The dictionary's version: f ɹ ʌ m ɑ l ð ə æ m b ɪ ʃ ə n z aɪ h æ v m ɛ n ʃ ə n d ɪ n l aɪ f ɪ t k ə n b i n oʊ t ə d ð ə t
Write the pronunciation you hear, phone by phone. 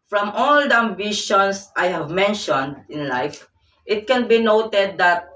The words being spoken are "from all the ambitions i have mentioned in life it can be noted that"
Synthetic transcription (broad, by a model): f ɹ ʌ m ɑ l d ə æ m b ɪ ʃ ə n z aɪ h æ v m ɛ n ʃ ə n d ɪ n l aɪ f ɪ t k ə n b i n oʊ t ə d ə t